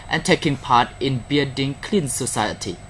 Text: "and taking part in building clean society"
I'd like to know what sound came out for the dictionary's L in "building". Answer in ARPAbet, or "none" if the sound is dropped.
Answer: none